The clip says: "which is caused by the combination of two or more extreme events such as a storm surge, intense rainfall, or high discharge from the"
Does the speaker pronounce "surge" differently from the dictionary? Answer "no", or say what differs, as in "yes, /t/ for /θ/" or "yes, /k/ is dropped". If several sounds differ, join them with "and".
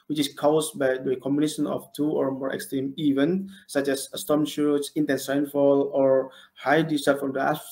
yes, /ʃ/ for /s/